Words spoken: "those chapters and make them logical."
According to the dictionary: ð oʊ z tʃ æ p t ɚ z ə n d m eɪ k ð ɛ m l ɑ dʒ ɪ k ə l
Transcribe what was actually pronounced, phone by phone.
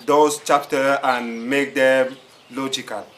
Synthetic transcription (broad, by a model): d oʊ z tʃ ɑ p t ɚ ə n m eɪ k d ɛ m l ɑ dʒ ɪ k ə l